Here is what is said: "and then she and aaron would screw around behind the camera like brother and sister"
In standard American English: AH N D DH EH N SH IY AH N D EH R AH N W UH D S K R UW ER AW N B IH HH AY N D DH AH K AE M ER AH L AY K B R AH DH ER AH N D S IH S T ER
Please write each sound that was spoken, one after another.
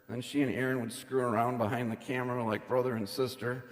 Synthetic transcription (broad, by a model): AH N N SH IY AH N EH R AH N W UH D S K R UW ER AW N B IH HH AY N DH AH K AE M ER AH L AY K B R AH DH ER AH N S IH S T ER